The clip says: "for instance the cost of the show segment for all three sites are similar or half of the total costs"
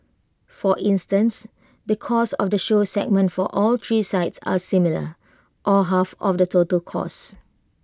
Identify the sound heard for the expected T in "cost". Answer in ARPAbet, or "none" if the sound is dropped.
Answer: none